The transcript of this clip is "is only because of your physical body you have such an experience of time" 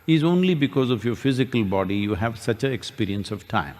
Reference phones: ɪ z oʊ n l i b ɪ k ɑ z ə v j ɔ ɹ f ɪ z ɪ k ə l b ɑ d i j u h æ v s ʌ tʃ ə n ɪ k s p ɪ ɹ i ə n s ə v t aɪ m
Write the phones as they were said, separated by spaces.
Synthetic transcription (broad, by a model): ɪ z oʊ n l i b ɪ k ɑ z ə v j ɔ ɹ f ɪ z ɪ k ə l b ɑ d i j u h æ v s ʌ tʃ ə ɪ k s p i ɹ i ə n s ə v t aɪ m